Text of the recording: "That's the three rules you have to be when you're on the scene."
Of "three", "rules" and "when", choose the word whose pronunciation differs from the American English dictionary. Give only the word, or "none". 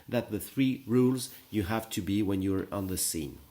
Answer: none